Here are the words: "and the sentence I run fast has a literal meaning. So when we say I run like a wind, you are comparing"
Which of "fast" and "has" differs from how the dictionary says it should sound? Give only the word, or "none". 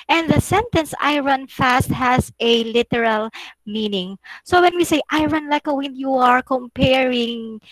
has